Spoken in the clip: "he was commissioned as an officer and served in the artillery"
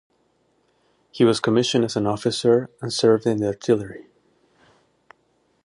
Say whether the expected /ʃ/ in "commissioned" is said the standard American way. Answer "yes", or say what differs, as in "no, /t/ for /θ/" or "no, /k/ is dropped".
yes